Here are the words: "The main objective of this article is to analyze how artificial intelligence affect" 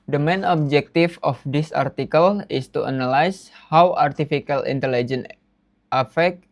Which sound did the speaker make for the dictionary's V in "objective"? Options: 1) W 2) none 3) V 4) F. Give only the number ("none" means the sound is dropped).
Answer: 4